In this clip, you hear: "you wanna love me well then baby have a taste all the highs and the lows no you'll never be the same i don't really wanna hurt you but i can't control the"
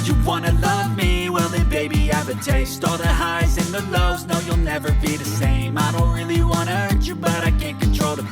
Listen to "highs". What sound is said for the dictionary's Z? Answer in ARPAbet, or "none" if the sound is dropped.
Z